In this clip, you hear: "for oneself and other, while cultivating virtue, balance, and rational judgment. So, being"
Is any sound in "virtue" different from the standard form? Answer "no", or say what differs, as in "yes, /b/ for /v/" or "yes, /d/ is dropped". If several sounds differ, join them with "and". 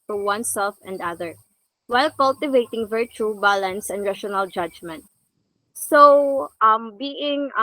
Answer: no